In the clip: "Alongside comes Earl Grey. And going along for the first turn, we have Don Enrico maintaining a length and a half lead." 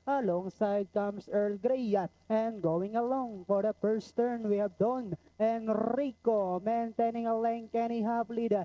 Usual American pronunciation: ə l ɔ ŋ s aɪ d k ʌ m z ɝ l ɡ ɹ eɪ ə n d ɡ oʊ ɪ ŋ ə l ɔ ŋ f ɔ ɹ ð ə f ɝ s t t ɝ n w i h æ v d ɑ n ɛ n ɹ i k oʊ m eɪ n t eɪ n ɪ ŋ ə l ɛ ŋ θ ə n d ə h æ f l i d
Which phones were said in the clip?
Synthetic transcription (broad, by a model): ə l ɔ ŋ s aɪ d k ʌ m s ɝ l ɡ ɹ eɪ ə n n ɡ oʊ ɪ ŋ ə l ɔ ŋ f ɔ ɹ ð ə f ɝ s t t ɝ n w i h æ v d ɑ n ɛ n ɹ i k oʊ m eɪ n t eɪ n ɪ ŋ ə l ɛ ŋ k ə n ə h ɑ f l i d